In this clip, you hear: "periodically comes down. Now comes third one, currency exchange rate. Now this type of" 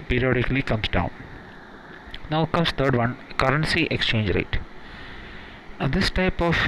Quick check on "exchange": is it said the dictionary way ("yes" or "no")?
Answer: yes